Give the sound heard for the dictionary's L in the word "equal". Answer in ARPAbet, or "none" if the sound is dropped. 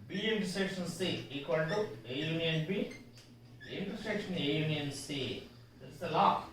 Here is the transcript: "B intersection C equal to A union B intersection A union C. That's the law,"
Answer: N